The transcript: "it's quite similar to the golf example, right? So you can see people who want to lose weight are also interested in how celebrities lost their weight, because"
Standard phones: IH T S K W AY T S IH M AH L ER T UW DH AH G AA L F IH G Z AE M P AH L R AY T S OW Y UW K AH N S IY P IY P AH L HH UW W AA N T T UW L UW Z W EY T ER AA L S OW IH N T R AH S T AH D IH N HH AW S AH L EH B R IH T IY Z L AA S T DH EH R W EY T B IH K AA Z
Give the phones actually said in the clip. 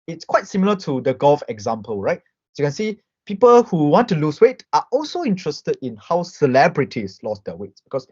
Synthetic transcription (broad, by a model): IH T S K W AY T S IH M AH L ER T UW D AH G AA L F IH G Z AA M P AH L R AY T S Y UW K AH N S IY P IY P AH L HH UW W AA N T T UW L UW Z W EY T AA AA L S OW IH N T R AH S T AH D IH N HH AW S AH L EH B R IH T IY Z L AA S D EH W EY T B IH K AA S